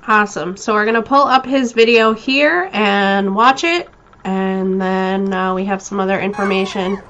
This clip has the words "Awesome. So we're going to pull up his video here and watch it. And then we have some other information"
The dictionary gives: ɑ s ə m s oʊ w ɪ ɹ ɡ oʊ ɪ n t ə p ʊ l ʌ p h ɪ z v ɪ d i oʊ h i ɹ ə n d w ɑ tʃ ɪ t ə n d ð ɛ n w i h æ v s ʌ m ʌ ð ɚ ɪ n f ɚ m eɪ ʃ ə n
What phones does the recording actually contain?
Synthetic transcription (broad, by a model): ɑ s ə m s oʊ w ɪ ɹ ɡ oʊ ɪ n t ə p ʊ l ʌ p h ɪ z v ɪ d i oʊ h i ɹ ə n w ɑ tʃ ɪ t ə n ð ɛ n w i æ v s ʌ m ʌ ð ɚ ɪ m f ɚ m eɪ ʃ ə n